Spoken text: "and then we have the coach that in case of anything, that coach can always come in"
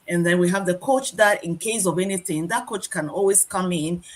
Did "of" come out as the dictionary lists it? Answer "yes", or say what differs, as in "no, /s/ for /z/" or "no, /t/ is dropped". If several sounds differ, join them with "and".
yes